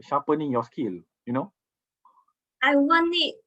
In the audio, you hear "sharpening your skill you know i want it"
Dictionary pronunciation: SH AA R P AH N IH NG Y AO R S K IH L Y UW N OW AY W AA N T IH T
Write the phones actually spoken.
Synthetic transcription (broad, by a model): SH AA P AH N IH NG Y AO S K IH L Y UW N OW AY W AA N IH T